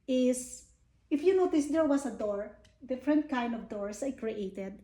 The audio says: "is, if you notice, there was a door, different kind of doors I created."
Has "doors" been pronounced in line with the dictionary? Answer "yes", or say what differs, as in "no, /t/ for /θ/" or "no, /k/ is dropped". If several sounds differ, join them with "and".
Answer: no, /s/ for /z/